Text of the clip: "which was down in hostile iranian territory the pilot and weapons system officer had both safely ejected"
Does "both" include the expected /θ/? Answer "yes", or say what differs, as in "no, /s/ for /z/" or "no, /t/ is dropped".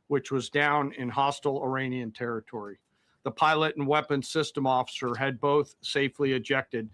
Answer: yes